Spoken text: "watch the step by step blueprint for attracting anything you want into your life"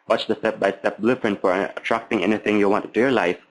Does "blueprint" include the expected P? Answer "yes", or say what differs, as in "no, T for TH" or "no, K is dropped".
no, F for P